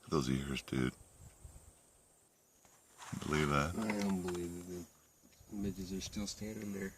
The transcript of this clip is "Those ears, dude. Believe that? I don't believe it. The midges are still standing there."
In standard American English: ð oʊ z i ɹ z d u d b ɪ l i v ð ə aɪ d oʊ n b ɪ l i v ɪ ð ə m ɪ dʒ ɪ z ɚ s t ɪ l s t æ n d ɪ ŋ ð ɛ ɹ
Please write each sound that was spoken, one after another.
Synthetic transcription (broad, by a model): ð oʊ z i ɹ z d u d b ɪ l i v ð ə aɪ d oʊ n b ɪ l i v ɪ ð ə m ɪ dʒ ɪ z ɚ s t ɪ s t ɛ d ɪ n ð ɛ ɹ